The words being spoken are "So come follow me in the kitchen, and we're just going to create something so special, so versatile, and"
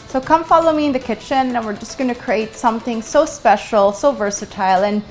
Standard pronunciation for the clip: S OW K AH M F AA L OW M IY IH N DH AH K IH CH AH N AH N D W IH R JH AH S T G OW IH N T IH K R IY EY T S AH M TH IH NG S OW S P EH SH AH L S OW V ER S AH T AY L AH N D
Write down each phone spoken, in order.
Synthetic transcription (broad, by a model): S OW K AH M F AA L OW M IY IH N DH AH K IH CH AH N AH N W IH R JH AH S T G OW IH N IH K R IY EY T S AH M TH IH NG S OW S P EH SH L S OW V ER S AH T AY L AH N